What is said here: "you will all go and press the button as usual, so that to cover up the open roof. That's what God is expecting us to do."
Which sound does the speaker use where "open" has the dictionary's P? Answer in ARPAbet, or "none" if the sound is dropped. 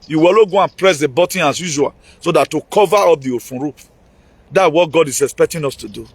F